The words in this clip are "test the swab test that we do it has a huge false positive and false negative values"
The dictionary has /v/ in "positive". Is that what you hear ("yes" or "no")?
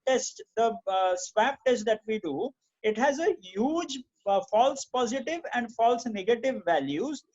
yes